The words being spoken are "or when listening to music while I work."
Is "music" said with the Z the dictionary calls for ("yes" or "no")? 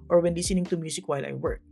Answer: no